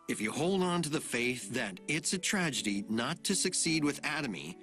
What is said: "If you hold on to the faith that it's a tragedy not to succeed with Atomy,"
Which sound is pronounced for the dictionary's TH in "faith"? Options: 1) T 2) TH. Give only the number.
2